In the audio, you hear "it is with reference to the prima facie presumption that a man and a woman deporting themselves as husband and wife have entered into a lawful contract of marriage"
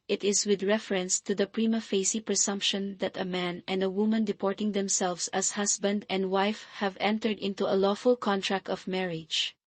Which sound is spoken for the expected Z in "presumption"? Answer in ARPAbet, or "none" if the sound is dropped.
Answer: S